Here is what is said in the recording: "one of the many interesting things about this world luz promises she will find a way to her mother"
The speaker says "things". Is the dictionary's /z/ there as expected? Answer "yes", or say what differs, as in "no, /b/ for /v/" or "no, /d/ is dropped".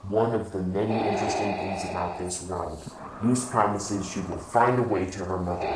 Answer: yes